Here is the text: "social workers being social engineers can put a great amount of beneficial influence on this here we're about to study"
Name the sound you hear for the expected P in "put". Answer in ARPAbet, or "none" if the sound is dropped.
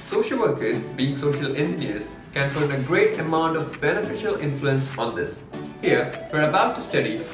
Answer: F